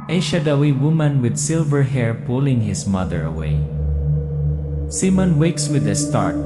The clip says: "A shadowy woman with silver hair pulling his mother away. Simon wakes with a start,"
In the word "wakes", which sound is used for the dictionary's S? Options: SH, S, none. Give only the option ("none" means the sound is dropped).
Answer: S